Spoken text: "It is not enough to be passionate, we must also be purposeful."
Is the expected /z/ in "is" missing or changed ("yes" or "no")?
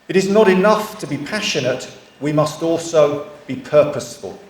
no